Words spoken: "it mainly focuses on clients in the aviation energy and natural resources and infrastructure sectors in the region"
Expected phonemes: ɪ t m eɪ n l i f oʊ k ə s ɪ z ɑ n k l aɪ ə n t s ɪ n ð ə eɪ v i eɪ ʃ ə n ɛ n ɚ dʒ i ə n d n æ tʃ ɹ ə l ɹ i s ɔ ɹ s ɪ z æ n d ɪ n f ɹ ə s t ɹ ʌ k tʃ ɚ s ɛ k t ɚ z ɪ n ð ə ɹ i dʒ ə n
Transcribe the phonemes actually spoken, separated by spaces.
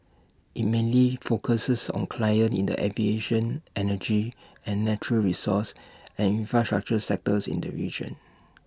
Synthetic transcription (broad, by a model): ɪ t m eɪ n l i f oʊ k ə s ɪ s ɑ n k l aɪ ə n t ɪ n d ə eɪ v i eɪ ʃ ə n ɛ n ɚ dʒ i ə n n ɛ tʃ ɹ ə l ɹ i s ɔ s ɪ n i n f ɹ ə s t ɹ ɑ k tʃ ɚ s ɛ k t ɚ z ɪ n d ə ɹ i dʒ ə n